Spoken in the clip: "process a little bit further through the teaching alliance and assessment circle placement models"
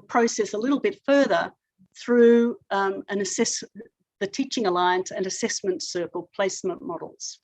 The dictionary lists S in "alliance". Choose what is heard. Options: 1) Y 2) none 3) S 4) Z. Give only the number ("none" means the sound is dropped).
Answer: 3